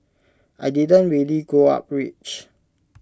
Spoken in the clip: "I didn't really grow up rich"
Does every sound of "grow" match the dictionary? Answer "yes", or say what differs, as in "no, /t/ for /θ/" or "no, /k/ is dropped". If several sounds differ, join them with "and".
no, /ɹ/ is dropped